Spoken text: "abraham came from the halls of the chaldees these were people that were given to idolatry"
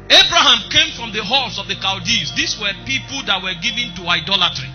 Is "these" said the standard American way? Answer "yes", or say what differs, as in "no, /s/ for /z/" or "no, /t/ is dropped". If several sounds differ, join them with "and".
no, /s/ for /z/